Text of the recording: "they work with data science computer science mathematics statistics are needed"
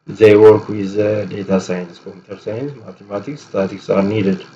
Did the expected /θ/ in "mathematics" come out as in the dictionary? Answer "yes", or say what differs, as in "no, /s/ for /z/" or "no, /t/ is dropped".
no, /t/ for /θ/